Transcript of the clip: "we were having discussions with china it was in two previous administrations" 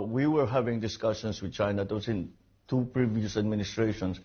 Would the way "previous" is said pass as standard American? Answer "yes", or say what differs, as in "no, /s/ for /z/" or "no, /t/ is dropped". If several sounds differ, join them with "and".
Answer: yes